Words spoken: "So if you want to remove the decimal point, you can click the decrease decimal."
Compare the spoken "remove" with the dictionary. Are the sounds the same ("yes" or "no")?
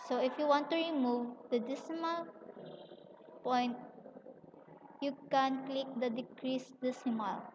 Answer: yes